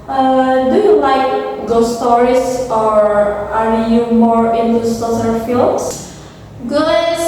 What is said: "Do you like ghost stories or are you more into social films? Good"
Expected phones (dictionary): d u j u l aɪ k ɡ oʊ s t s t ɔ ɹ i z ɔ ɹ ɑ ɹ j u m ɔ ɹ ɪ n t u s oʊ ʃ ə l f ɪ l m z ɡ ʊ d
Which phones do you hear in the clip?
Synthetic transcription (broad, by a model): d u j u l aɪ k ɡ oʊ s s t ɔ ɹ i s ɔ ɹ ɑ ɹ j u m ɔ ɹ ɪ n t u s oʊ s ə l f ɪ l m s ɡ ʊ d